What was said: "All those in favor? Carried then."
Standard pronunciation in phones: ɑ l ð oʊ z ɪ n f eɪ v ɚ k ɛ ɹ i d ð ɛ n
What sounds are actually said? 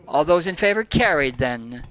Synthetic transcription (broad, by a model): ɑ l ð oʊ z ɪ n f eɪ v ɚ k ɛ ɹ i d ð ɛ n